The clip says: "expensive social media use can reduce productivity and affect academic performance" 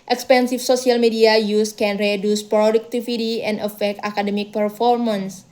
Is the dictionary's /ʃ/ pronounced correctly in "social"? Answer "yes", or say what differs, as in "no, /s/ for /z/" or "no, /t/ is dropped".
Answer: no, /s/ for /ʃ/